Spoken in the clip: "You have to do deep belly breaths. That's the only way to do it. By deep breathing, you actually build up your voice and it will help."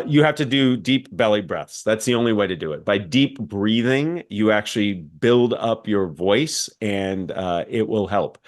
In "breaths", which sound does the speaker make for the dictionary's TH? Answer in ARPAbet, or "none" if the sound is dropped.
TH